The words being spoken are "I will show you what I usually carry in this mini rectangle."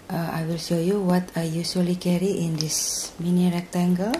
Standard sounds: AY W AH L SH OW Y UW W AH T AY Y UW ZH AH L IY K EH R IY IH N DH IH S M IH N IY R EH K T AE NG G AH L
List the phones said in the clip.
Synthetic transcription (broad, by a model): AY W AH L SH OW Y UW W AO T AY Y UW S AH L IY K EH R IY IH N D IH S M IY N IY R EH K T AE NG G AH L